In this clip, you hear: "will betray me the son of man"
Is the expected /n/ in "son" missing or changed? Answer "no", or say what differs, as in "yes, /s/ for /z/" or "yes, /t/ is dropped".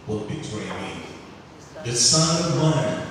yes, /n/ is dropped